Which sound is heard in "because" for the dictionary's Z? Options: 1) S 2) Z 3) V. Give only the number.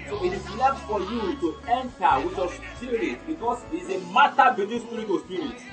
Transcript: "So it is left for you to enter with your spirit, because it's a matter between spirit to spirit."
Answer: 1